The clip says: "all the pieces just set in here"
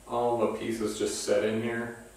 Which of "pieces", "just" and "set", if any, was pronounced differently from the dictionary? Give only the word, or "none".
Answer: none